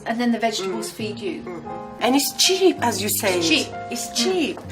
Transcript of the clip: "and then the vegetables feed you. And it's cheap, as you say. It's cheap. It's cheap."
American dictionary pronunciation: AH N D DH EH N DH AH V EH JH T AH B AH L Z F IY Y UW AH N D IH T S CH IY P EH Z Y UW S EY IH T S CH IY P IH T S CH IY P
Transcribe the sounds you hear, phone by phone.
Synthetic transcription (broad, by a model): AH N DH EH N DH AH V EH JH T AH B AH L Z F IY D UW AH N IH T S CH IY P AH Z Y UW S EY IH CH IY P IH T S CH IY P